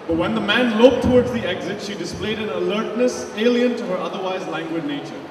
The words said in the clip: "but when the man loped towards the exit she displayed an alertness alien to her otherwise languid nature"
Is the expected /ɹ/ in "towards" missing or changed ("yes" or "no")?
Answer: no